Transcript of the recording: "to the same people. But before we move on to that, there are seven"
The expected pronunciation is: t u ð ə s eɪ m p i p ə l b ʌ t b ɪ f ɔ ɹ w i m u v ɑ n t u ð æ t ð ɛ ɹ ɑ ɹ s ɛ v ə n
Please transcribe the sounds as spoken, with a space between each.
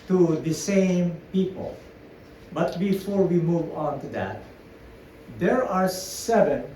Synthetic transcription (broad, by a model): t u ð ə s eɪ m p i p ə l b ʌ t b ɪ f ɔ ɹ w i m u v ɑ n t u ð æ t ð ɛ ɹ ɑ ɹ s ɛ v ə n